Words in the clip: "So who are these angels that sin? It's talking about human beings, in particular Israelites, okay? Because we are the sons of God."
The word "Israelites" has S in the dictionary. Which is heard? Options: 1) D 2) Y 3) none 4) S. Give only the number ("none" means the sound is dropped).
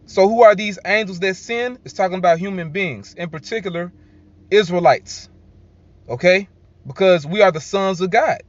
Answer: 4